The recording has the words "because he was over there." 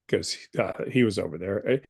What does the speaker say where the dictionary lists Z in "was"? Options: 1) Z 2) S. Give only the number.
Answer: 1